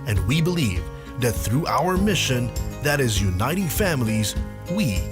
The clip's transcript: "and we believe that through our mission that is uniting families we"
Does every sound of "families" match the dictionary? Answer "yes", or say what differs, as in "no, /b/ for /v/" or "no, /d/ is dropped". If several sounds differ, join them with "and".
yes